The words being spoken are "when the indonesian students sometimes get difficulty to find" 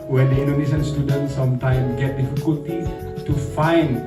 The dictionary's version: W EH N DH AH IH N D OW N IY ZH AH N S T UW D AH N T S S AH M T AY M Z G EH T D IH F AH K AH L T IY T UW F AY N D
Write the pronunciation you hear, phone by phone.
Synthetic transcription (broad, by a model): W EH N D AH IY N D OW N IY SH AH N S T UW D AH N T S S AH M T AY M G EH T D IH F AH K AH L T IY T UW F AY N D